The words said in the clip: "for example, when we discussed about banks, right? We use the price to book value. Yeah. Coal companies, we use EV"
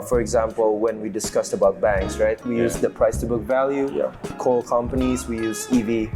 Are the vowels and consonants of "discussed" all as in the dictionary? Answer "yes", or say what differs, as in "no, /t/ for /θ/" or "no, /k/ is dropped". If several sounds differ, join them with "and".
yes